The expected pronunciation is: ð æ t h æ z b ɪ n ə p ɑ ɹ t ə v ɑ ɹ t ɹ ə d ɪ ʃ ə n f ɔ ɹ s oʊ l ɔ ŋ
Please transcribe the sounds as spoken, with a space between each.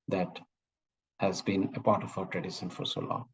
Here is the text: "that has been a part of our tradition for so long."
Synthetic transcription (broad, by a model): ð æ t h æ z b ɪ n ə p ɑ ɹ t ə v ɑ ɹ t ɹ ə d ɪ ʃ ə n f ɔ ɹ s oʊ l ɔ